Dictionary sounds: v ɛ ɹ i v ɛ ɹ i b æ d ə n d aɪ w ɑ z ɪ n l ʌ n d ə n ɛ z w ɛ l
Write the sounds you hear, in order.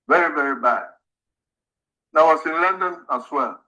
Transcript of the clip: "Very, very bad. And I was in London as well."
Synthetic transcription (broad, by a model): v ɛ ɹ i v ɛ ɹ i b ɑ ə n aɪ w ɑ s ɪ n l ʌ n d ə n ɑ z w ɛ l